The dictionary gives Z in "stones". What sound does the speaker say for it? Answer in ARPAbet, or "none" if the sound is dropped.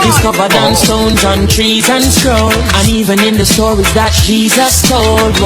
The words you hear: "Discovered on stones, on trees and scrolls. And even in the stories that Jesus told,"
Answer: Z